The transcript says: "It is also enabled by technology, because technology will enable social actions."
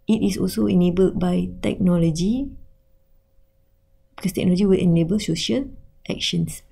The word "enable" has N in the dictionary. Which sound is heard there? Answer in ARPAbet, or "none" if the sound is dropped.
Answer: N